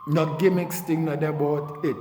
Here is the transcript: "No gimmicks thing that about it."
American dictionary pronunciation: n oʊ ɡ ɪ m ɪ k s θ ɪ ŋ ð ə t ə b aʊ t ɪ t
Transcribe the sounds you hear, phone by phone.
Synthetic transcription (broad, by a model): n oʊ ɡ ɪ m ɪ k s t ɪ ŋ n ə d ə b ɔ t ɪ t